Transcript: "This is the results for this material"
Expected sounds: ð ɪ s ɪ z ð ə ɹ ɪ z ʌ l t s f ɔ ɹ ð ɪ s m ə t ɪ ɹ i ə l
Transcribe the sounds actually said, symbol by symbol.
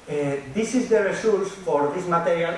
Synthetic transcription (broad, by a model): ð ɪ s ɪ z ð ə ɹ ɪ s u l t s f ɔ ɹ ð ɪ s m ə t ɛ ɹ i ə l